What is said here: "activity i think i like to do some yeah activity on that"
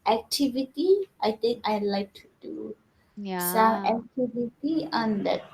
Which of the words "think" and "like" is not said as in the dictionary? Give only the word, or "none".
think